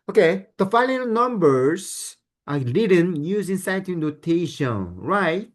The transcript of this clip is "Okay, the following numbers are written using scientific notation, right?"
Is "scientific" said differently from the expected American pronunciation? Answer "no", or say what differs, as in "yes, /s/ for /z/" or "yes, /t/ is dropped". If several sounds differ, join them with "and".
yes, /n/ is dropped